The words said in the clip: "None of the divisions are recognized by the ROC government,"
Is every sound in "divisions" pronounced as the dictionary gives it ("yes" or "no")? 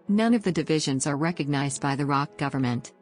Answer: yes